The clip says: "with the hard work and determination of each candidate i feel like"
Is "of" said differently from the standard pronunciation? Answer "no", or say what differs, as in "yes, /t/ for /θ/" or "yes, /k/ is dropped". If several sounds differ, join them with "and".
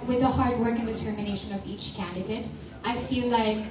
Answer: no